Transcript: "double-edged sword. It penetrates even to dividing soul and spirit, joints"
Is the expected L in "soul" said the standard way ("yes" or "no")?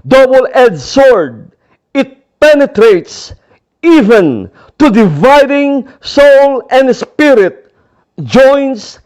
yes